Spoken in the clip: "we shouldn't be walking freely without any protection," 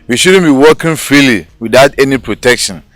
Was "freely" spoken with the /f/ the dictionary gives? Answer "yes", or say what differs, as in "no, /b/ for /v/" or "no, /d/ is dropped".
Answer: yes